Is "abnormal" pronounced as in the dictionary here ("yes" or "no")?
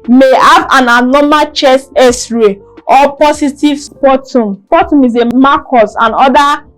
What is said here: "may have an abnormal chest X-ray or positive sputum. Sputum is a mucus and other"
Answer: no